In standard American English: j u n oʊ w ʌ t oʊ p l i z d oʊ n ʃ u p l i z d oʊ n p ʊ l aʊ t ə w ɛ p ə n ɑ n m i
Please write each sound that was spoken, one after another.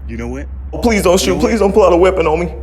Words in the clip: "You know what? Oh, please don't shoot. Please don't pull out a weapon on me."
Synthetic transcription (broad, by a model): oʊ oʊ p l i z d oʊ n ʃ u p l i z d oʊ n p ʊ l aʊ t ə w ɛ p ə n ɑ m i